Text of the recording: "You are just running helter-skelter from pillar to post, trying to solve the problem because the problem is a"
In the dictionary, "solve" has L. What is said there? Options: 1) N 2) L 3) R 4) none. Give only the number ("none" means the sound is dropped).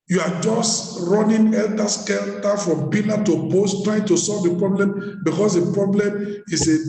2